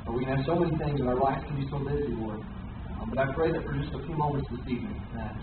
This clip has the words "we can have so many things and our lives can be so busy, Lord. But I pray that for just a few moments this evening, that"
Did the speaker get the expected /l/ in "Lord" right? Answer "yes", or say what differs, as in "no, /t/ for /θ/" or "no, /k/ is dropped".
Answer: no, /w/ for /l/